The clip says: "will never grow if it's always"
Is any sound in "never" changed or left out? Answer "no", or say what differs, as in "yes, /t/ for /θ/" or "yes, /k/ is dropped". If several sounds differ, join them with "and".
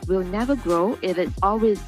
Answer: no